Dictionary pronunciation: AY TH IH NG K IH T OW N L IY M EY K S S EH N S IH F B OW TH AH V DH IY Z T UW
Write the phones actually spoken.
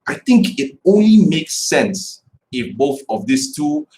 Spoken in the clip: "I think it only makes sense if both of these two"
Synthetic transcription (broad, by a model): AY TH IH NG K IH T OW N L IY M EY K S S EH N S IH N B OW TH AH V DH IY S T UW